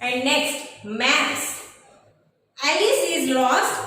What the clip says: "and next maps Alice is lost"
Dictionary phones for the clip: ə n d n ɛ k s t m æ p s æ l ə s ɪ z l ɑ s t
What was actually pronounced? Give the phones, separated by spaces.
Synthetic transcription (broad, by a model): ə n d n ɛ k s t m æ s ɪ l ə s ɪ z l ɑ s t